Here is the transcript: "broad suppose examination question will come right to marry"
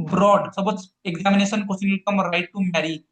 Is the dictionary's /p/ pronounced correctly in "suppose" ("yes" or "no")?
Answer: no